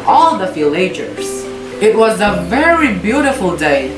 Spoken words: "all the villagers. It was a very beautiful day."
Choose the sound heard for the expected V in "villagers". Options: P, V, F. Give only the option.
F